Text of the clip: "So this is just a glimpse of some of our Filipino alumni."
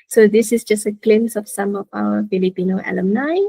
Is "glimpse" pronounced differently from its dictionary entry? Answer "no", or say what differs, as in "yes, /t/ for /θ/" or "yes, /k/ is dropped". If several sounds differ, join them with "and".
yes, /p/ is dropped